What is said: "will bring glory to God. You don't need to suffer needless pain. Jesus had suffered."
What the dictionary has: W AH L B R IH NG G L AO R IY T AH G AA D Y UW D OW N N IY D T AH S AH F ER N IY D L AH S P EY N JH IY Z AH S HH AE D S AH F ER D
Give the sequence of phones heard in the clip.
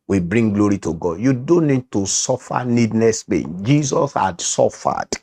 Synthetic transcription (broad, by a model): W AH B R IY NG G L AO R IY T AH G AA D Y UW D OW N N IY D T AH S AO F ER N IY D N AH S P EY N JH IY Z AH S HH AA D S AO F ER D